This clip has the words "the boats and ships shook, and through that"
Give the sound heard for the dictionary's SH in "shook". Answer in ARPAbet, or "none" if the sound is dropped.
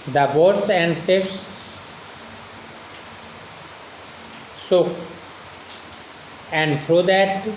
S